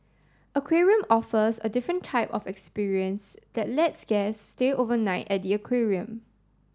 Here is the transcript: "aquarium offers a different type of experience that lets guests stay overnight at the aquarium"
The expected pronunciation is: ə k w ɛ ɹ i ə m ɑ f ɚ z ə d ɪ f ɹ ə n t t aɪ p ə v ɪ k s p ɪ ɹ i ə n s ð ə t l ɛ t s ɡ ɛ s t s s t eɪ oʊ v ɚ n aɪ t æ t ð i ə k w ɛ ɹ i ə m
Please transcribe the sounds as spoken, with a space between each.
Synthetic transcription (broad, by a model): ə k w ɛ ɹ i ə m ɑ f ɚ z ə d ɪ f ɹ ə n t t aɪ p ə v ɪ k s p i ɹ i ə n s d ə t l ɛ t s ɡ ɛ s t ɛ t oʊ v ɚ n aɪ t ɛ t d i ə k w ɛ ɹ i ə m